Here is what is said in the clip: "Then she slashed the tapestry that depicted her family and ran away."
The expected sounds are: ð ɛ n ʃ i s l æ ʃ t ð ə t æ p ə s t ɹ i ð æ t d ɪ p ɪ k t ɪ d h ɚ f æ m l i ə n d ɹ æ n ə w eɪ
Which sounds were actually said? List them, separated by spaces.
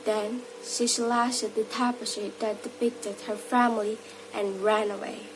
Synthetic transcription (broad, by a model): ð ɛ n ʃ i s l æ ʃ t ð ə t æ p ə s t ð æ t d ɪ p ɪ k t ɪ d h ɚ f æ m l i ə n ɹ æ n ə w eɪ